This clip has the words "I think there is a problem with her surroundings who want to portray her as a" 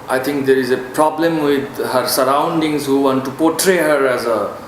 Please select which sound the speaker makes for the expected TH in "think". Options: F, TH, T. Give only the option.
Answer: T